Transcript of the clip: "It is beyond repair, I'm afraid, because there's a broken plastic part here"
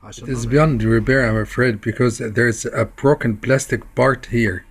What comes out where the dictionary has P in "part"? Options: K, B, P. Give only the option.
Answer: B